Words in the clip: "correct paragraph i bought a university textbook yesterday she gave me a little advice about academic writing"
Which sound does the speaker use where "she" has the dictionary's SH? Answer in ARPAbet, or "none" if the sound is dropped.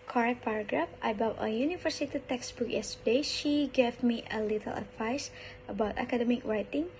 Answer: SH